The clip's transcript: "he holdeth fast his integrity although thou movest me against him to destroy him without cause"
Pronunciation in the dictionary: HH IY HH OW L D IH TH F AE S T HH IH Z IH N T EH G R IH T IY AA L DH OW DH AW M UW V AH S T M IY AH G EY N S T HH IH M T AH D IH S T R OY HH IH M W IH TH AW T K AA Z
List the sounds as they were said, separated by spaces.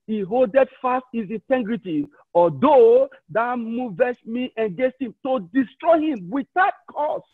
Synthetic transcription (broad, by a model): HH IY HH OW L D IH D F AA S T HH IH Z IH N T EH G R IH T IY AA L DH OW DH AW M UW V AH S M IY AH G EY S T HH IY M T AH D IH S T R OY HH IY M W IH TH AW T K AA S